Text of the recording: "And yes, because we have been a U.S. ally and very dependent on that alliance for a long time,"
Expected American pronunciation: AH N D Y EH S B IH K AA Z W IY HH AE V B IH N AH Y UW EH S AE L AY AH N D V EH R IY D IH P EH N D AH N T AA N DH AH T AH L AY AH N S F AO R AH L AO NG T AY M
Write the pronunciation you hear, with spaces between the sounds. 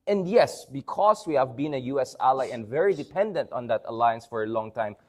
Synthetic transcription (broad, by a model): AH N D Y EH S B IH K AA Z W IY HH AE V B IH N AH Y UW EH S AE L AY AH N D V EH R IY D IH P EH N D AH N T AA N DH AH T AH L AY AH N S F AO R AH L AO NG T AY M